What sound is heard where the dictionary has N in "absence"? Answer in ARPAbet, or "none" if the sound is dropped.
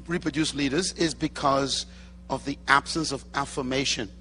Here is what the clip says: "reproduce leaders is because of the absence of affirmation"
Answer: N